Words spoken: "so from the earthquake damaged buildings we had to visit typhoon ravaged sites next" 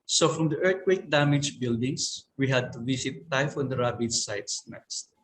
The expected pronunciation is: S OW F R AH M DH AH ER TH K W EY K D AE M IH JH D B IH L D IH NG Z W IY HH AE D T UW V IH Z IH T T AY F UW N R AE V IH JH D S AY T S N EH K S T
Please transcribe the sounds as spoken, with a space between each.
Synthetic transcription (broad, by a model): S OW F R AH M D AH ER T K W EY K D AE M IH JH B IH L D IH NG S W IY HH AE D T UW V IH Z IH T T AY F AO N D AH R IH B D S AY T S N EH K S T